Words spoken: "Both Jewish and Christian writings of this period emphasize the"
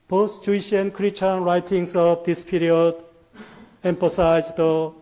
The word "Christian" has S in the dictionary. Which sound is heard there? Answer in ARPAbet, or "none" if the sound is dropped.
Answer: none